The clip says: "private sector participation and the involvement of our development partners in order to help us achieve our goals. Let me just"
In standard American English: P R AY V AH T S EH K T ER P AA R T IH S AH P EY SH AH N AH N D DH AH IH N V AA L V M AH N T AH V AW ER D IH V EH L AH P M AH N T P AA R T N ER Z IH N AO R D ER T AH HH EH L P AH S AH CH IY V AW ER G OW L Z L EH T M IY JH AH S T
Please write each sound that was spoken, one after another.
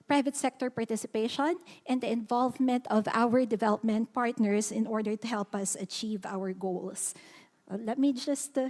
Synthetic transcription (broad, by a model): P R AY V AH T S EH K T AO P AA R T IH S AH P EY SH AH N AH N D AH IH N V AA L V M AH N T AH V AW ER D IH V EH L AH P M AH N T P AA R T N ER S IH N AO R D ER T AH HH EH L P AH S AH CH IY V AW ER G OW L S L EH T M IY JH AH S T